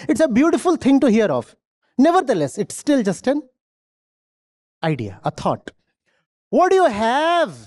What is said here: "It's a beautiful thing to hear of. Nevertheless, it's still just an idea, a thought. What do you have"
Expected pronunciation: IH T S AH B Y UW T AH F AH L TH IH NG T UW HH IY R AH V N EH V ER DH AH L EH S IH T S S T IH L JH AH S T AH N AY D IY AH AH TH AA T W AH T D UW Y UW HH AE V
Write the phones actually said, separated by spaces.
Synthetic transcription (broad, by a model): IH T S AH B Y UW T AH F AH L T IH NG T UW HH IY R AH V N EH V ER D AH L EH S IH T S S T IH L JH AH S T AH N AY D IY AH AH T AA T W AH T D UW Y UW HH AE V